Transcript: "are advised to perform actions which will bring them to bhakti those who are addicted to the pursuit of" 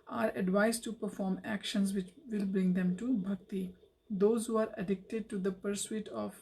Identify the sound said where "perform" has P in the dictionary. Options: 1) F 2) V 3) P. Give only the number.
3